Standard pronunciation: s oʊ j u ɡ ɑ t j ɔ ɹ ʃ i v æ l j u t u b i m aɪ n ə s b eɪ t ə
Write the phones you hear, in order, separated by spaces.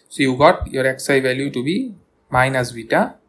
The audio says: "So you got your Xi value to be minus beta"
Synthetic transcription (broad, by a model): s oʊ j u ɡ ɑ t j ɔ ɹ s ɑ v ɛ l j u t u b i m aɪ n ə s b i t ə